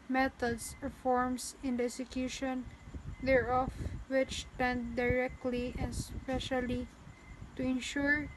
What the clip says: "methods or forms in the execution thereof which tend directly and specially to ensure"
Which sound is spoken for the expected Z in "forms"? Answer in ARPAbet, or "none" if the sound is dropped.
S